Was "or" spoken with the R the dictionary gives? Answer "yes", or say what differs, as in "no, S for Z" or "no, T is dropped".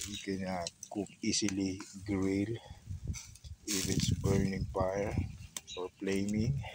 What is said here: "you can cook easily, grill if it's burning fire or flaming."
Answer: yes